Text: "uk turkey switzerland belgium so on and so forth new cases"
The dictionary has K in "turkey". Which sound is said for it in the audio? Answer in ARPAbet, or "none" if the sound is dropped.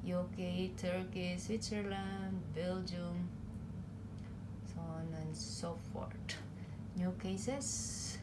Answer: K